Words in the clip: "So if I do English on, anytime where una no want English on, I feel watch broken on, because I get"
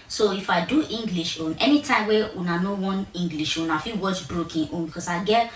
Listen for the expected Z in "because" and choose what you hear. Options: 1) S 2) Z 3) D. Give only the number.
1